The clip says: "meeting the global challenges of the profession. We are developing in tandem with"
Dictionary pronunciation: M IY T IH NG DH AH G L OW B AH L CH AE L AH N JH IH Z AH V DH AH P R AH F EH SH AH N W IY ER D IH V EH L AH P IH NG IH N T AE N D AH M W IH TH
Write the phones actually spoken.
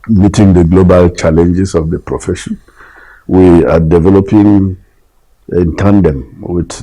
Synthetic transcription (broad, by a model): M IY T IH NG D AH G L OW B AH L CH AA L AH N JH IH S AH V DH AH P R AH F EH SH AH N W IY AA D IH V EH L AH P IH NG IH N T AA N D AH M W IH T